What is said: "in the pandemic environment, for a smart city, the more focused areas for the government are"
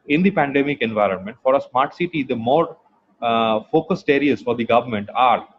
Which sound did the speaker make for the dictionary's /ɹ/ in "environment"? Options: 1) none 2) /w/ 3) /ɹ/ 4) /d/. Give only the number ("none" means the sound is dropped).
3